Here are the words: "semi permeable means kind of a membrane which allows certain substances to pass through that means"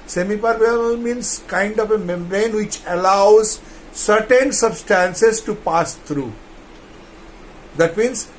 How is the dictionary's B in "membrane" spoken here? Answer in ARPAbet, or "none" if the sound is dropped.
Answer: none